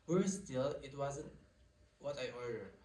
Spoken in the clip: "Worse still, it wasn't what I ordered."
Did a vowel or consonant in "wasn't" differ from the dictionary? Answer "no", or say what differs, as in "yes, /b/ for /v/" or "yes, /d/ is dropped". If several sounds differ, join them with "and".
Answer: no